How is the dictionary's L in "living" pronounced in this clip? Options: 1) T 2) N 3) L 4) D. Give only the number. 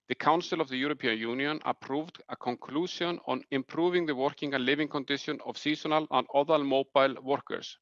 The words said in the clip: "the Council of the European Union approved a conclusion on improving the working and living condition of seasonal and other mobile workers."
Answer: 3